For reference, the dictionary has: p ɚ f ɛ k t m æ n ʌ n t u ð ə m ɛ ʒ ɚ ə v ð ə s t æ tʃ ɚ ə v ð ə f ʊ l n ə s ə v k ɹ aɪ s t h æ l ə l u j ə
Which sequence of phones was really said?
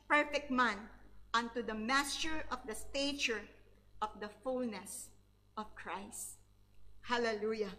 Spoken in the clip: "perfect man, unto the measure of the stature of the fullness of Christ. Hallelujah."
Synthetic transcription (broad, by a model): p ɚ f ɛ k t m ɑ n ʌ n t u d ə m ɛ s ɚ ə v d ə s t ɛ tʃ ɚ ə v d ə f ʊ l n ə s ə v k ɹ aɪ s t h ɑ l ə l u j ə